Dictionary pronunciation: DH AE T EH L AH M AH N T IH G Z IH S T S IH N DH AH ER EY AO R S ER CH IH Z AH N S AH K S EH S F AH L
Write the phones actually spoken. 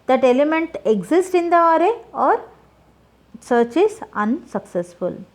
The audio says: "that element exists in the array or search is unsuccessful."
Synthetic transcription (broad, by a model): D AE T EH L AH M AH N T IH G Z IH S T IH N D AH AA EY AO R S ER CH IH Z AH N S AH K S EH S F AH L